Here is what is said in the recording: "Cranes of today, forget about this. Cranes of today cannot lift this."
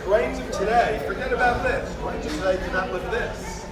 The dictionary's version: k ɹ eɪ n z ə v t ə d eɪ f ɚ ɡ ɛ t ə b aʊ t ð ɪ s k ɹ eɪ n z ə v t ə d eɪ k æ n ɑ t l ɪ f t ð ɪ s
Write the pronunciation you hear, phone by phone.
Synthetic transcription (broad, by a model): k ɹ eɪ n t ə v t ə d eɪ f ɚ ɡ ɛ t ə b aʊ t ð ɪ s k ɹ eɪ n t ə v t ə d eɪ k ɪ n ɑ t w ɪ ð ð ɪ s